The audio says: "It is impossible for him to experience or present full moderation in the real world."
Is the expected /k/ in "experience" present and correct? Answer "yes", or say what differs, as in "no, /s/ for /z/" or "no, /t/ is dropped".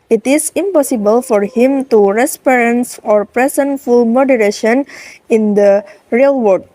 no, /k/ is dropped